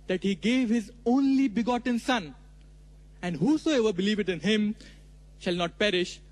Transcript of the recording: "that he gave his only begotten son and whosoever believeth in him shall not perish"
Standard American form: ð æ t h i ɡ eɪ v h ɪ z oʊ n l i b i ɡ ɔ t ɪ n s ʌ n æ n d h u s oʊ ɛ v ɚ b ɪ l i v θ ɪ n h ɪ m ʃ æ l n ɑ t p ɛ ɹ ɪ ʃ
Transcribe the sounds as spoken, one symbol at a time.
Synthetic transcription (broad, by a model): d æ t h i ɡ eɪ v h ɪ z oʊ n l i b i ɡ ɔ t ɪ n s ʌ n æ n d h u s oʊ ɛ v ɚ b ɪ l i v t ɪ n h ɪ m ʃ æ l n ɑ t p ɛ ɹ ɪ ʃ